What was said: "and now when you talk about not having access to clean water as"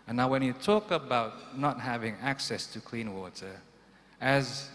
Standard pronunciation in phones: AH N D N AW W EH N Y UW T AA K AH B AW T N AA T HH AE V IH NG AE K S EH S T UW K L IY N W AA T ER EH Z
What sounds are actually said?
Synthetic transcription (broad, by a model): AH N N AW W EH N Y UW T AA K AH B AW T N AA T HH AE V IH NG AE K S EH S T UW K L IY N W AA T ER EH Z